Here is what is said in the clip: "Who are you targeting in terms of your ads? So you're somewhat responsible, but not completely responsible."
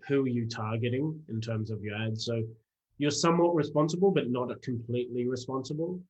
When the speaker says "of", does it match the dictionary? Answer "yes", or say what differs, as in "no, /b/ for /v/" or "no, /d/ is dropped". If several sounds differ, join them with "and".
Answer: yes